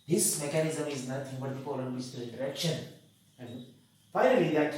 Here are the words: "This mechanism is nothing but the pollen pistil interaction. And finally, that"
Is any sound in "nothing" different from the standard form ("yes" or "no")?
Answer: yes